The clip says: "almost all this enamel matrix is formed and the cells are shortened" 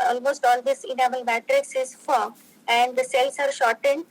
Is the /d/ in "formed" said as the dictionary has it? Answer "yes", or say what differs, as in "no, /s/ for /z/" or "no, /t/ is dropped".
no, /d/ is dropped